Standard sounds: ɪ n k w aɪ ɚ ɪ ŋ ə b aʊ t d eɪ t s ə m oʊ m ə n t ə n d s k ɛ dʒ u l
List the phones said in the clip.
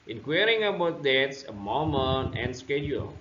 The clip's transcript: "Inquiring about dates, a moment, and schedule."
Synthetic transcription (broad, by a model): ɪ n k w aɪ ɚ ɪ ŋ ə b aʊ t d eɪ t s ə m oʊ m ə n ə n s k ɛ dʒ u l